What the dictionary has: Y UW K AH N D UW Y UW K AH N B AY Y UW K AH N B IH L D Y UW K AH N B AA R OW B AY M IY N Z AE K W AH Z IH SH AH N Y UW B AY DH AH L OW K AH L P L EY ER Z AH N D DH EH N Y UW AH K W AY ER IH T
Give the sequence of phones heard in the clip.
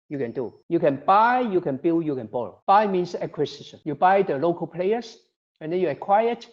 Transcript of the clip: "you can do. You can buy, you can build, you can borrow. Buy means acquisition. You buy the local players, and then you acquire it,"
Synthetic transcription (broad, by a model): Y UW K AH N D UW Y UW K AH N B AY Y UW K AH N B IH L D Y UW K AH N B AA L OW B AY M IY N S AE K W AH S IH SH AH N Y UW B AY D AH L OW K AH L P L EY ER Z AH N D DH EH N Y UW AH K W AY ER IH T